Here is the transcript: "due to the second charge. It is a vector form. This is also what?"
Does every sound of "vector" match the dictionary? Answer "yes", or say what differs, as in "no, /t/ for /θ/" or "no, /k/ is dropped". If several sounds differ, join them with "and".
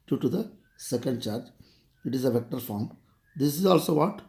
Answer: yes